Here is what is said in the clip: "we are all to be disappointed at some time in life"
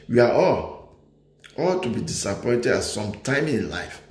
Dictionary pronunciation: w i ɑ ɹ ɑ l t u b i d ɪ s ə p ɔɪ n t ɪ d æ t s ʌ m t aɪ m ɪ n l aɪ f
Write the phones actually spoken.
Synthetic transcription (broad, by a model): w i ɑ l ɑ l t u b i d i s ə p ɔɪ n t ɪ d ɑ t s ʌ m t aɪ m ɪ n l aɪ f